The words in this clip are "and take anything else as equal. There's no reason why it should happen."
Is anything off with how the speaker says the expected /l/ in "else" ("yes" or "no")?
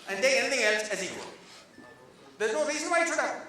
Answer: no